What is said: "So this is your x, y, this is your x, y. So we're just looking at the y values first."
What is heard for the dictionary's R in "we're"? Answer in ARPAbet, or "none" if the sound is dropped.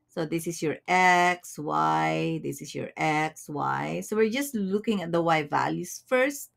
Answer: R